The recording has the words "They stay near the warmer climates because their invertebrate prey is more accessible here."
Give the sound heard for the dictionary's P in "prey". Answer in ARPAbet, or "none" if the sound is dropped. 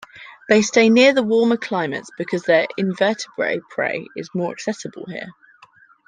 P